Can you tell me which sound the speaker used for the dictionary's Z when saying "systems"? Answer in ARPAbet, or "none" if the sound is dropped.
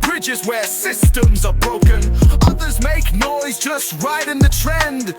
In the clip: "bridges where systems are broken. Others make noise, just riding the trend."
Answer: Z